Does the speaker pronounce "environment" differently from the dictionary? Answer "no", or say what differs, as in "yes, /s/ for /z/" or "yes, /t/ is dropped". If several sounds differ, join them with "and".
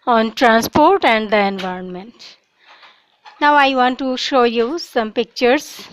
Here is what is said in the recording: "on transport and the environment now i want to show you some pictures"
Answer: no